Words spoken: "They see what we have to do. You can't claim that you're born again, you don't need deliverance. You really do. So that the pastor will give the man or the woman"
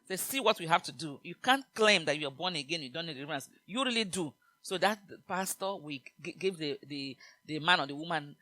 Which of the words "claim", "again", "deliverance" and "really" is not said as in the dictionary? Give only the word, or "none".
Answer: deliverance